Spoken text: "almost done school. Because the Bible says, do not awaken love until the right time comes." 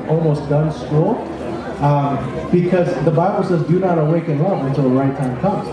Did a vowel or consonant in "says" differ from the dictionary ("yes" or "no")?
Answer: no